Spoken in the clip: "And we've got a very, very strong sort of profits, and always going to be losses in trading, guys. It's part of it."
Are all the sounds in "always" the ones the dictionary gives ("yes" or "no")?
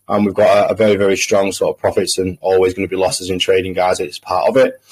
yes